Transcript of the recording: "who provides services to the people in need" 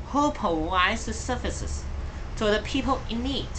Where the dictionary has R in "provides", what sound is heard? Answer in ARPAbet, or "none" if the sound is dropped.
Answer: none